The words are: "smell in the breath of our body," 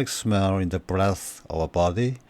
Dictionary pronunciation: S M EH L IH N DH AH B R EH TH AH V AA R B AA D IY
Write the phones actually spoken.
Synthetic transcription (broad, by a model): S M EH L IH N DH AH B R EH TH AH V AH B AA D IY